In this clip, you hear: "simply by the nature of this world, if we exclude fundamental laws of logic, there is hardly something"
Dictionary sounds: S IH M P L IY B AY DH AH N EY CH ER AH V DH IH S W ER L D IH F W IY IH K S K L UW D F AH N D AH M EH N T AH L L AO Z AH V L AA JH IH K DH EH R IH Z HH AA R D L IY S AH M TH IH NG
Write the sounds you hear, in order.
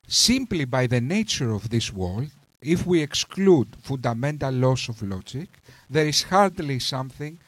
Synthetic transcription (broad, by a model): S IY M P L IY B AY DH AH N EY CH ER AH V DH IH S W ER L D IH F W IY IH K S K L UW D F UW N D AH M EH N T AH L L AO S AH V L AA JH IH K DH EH R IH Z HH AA R D L IY S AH M TH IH NG